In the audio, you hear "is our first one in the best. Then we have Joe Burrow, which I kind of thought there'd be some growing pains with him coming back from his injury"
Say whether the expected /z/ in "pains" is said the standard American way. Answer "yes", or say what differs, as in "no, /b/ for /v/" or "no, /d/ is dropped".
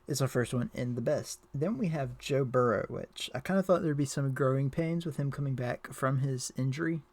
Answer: yes